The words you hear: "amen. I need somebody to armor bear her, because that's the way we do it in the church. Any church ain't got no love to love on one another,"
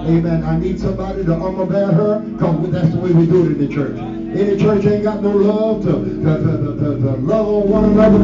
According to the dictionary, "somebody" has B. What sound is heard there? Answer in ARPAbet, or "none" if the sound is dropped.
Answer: B